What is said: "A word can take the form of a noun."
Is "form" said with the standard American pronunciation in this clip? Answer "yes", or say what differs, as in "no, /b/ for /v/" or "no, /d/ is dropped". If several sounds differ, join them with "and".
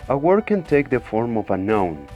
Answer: yes